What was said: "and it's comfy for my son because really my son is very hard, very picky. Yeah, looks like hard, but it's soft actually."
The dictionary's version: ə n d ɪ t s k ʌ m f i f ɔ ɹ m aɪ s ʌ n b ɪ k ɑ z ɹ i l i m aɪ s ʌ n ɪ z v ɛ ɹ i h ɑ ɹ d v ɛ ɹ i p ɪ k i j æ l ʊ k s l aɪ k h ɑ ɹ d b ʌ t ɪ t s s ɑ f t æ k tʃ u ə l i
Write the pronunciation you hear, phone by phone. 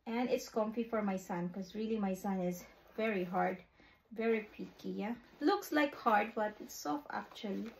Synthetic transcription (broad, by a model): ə n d ɪ t s k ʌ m f i f ɔ ɹ m aɪ s ʌ n k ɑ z ɹ i l i m aɪ s ʌ n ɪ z v ɛ ɹ i h ɑ ɹ d v ɛ ɹ i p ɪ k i j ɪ l ʊ k s l aɪ k h ɑ ɹ d b ʌ t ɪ t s s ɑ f æ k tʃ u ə l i